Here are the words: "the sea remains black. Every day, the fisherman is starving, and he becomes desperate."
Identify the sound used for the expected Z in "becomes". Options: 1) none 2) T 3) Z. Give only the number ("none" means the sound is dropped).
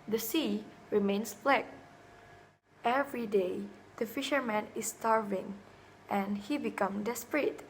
1